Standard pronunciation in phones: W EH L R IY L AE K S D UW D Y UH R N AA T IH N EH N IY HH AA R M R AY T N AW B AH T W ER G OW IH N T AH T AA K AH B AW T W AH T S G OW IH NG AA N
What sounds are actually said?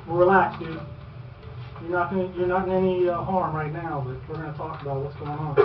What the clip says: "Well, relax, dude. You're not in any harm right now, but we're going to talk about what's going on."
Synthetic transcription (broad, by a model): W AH R IY L AE K S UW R Y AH R N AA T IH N EH N IY HH AA R M R AY T N AW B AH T W ER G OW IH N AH T AA K AH B AW T W AH T S G OW IH NG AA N